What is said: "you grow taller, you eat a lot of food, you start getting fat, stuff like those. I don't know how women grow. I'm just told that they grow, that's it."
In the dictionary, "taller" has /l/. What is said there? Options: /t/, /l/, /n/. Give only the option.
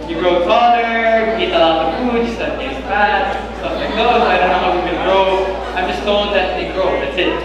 /n/